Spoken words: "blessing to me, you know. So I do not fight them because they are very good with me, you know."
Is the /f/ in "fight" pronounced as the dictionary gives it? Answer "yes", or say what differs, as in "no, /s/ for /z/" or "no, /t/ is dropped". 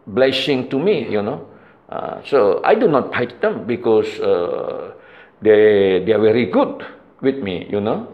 no, /p/ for /f/